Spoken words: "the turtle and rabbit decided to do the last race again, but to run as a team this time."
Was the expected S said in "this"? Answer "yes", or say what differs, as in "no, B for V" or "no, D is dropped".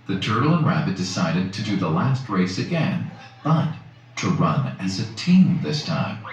yes